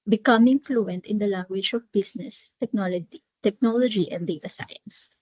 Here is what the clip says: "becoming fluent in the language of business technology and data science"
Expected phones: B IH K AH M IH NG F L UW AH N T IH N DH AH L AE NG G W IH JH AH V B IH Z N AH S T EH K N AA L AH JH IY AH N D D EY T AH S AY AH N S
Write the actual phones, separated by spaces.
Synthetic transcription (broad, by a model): B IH K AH M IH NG F L UW AH N T IH N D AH L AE NG G W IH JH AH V B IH S N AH S T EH K N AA L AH JH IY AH N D D EY T AH S AY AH N S